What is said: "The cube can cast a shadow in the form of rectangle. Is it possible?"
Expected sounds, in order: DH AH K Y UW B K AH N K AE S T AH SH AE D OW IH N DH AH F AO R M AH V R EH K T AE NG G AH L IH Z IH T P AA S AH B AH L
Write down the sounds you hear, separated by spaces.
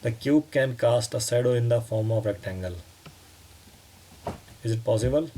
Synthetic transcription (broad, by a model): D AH K Y UW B K AH N K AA S T AH S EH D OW IH N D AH F AO R M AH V R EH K T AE NG G AH L IH Z IH T P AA S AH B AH L